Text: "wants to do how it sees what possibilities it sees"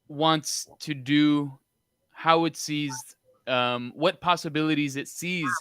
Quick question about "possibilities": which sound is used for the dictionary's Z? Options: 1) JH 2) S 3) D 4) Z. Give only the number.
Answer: 4